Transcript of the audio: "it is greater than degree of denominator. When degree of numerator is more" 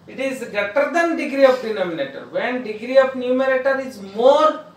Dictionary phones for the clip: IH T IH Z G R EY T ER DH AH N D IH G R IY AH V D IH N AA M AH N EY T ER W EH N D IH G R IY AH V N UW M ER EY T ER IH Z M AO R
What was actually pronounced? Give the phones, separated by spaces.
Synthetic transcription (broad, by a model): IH T IH Z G EY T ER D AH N D IH G R IY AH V D IH N AA M AH N EY T ER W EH N D IH G R IY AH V N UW M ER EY T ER IH Z M AO R